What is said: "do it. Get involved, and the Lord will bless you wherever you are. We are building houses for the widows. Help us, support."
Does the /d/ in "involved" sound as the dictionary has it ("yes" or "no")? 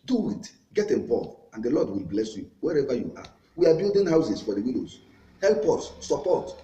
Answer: no